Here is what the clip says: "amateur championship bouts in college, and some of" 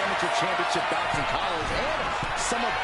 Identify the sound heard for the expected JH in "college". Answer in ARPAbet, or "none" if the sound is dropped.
Z